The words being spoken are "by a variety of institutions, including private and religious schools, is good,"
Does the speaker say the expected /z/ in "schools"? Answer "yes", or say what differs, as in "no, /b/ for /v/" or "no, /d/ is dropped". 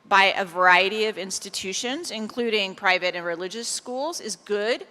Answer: yes